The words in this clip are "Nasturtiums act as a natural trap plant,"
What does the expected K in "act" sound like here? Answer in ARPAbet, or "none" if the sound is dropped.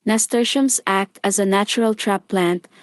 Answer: K